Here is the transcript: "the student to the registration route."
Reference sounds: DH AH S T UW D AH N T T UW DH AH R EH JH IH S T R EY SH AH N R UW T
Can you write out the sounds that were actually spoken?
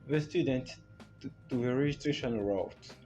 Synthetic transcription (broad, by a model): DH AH S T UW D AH N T T UW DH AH R EH JH IH S T R EY SH AH N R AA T